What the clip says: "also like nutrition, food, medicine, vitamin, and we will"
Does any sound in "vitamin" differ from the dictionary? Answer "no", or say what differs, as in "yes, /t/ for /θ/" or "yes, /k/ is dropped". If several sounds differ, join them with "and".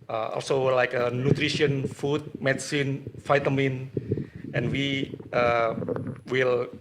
yes, /f/ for /v/